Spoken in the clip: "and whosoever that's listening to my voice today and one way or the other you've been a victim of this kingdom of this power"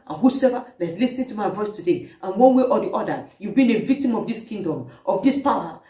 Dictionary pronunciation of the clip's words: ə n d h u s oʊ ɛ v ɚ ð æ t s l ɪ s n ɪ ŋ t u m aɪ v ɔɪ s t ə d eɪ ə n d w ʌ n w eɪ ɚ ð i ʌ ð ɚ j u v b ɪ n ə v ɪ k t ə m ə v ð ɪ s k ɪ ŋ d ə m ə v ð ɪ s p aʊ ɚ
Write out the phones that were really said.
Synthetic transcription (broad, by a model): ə n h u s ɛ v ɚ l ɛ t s l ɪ s ɪ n t u m aɪ v ɔɪ s t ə d eɪ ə n w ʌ n w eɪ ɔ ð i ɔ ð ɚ j u v b ɪ n ə v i k t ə m ə v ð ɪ s k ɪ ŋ d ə m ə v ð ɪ s p aʊ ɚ